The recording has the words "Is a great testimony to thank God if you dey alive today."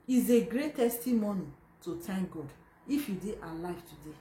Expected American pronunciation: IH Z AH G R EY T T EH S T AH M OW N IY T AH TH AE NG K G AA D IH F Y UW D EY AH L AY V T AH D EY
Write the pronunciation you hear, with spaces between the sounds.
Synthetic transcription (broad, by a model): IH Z AH G R EY T T EH S T AH M OW N IY T AH T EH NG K G AA D IH F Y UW D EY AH L AY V T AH D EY